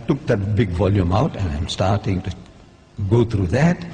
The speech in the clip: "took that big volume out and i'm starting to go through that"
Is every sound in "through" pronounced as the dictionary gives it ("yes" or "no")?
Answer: no